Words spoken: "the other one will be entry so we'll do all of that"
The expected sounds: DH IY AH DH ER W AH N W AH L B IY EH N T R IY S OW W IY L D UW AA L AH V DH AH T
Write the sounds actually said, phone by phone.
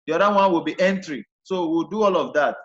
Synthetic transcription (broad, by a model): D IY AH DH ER W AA N W AH L B IY EH N T R IY S OW W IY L D UW AA L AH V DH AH T